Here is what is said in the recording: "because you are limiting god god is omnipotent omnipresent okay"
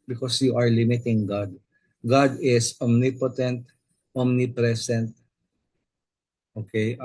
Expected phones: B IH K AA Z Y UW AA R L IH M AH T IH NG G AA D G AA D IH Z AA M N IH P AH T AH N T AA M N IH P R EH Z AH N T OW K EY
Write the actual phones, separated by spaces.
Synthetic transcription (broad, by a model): B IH K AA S Y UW AA R L IH M AH T IH NG G AA D G AA D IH S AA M N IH P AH T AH N T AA M N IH P R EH S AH N T OW K EY